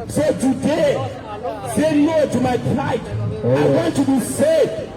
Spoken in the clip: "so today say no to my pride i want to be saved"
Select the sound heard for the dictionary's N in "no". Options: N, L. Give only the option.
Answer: L